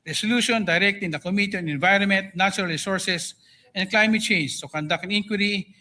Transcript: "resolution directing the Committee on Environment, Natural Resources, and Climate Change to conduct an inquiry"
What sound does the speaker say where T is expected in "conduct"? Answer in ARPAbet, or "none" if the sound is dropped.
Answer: none